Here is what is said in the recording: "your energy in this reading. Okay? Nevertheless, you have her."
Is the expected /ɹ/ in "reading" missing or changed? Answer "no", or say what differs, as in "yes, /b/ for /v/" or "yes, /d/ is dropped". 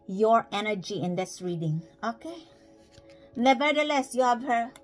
no